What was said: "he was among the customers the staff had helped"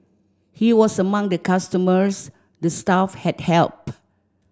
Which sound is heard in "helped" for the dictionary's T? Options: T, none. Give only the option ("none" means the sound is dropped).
none